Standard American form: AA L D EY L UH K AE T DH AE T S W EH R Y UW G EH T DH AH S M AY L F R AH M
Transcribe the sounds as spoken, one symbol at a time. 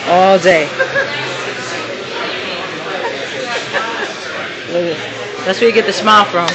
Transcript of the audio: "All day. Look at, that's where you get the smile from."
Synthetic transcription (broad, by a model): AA L D EY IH EH DH AE T S W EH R Y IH G EH T DH AH S M AY L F R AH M